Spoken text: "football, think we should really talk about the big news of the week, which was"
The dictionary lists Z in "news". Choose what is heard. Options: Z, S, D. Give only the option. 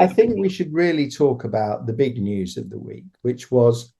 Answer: Z